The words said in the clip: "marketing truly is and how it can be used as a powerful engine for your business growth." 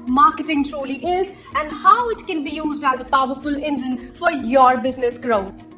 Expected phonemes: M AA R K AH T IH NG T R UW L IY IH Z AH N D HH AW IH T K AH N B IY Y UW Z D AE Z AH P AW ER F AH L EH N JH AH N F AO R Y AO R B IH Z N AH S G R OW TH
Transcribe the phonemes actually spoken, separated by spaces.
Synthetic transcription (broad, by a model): M AA R K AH T IH NG T R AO L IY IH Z AH N D HH AW IH T K AH N B IY Y UW Z D AE Z AH P AW ER F AH L EH N JH AH N F AO R Y AO R B IH Z N AH S G R OW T